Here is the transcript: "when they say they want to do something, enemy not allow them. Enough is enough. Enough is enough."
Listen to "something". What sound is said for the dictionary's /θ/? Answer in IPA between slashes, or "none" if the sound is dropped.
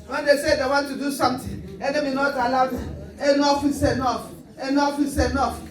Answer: /t/